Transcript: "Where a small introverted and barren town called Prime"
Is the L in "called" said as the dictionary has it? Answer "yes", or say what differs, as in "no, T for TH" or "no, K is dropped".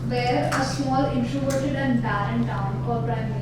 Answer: no, L is dropped